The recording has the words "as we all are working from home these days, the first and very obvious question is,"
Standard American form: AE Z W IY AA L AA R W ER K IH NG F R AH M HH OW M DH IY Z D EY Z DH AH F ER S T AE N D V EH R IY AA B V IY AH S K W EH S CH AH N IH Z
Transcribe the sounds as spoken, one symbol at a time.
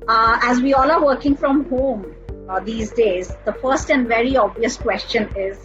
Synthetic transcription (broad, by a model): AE Z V IY AA L AA R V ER K IH NG F R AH M HH OW M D IY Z D EY Z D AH F ER S T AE N D V EH R IY AA B V IY AH S K W EH S CH AH N IH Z